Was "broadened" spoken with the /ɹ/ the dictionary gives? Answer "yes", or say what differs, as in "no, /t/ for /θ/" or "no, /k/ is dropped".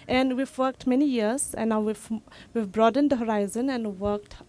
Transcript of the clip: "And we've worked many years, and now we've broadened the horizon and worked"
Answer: yes